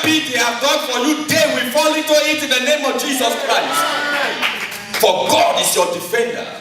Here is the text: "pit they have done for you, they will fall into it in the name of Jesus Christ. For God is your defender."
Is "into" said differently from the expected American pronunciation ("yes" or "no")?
yes